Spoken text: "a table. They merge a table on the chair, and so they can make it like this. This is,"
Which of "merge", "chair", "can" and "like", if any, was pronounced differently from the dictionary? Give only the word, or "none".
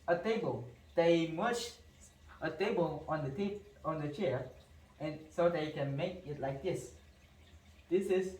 merge